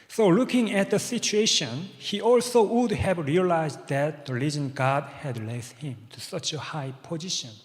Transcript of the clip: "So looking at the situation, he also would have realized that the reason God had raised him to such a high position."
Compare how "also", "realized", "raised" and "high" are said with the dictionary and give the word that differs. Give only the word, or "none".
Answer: raised